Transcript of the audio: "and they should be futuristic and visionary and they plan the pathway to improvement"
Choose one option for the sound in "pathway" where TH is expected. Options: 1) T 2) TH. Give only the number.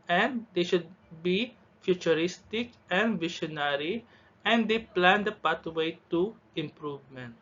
1